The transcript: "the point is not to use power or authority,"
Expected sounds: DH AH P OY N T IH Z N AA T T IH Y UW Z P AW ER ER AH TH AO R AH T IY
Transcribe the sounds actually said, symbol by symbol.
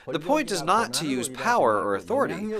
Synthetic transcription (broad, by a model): DH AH P OY N T IH Z N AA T T IH Y UW Z P AW ER ER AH TH AO R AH T IY